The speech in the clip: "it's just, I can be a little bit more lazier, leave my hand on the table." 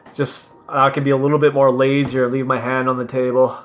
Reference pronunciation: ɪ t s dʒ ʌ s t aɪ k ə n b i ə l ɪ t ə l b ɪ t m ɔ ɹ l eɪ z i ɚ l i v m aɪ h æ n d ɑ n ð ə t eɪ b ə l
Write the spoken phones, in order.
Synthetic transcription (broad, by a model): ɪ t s dʒ ʌ s t aɪ k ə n b i ə l ɪ t l b ɪ t m ɔ ɹ l eɪ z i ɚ l i v m aɪ h æ n d n ð ə t eɪ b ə l